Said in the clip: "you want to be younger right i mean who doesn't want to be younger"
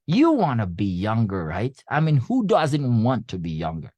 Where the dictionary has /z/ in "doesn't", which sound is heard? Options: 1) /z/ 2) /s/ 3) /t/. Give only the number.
1